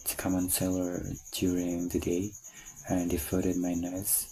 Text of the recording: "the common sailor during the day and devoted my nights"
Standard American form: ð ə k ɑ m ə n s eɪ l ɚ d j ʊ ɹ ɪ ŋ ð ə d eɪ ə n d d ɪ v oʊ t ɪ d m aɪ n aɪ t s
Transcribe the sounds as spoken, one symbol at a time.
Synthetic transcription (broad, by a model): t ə k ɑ m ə n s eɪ l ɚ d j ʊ ɹ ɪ ŋ ð ə d eɪ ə n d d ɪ f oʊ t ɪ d m aɪ n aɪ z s